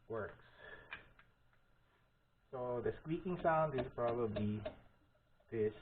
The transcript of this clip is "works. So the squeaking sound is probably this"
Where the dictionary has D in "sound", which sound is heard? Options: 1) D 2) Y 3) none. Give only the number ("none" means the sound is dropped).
1